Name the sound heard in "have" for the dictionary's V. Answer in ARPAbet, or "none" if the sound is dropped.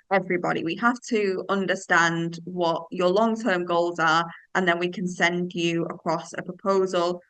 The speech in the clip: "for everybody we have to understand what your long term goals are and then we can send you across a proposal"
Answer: F